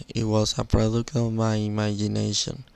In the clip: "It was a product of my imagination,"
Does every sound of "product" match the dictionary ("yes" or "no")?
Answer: no